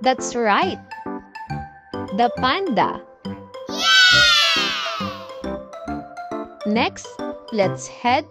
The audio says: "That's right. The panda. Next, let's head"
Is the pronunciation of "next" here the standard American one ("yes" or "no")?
yes